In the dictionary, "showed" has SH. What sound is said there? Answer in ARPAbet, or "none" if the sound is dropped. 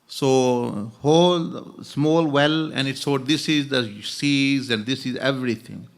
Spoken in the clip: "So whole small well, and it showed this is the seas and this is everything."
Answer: S